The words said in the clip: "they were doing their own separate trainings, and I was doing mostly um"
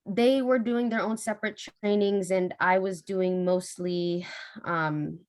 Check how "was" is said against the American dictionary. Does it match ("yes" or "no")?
yes